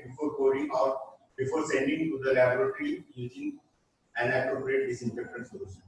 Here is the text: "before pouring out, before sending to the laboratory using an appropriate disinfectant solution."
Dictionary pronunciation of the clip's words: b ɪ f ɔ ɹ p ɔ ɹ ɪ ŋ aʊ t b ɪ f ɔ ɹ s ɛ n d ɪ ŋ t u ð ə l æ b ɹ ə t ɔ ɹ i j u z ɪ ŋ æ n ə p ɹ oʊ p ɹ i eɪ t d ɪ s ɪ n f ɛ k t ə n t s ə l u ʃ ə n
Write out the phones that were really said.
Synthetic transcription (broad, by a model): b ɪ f ɔ ɹ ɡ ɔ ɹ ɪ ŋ aʊ t b ɪ f ɔ ɹ s ɛ n d ɪ ŋ t u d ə l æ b ɹ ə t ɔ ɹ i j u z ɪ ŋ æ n ə p ɹ oʊ p ɹ i eɪ t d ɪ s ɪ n p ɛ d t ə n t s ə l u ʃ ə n